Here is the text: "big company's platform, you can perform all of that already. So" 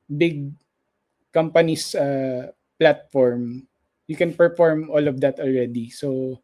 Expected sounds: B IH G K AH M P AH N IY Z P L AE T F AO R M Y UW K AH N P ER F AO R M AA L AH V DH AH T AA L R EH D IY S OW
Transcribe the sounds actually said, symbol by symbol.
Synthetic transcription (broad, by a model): B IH G K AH M P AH N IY S P L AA T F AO R M Y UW K AH N P ER F AO R M AA L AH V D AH T AA L R EH D IY S OW